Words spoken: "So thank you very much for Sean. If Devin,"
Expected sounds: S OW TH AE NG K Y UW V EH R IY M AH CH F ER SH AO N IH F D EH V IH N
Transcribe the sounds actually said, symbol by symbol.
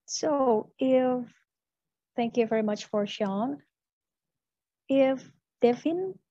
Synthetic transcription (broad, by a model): S OW TH AE NG K Y UW V EH R IY M AH CH F ER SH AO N IH F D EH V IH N